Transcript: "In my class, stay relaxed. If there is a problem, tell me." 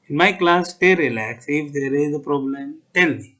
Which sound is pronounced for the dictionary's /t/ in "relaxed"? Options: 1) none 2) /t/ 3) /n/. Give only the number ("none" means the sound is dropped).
1